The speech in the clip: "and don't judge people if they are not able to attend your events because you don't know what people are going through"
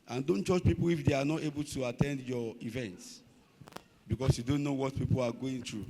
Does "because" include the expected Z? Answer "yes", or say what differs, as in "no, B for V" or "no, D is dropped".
no, S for Z